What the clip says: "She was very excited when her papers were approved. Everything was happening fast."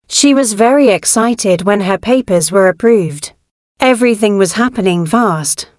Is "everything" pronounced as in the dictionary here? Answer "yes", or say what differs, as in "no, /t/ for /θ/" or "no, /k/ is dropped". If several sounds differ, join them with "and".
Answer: yes